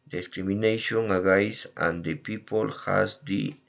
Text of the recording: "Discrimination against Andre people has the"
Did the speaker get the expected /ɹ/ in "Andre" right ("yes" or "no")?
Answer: no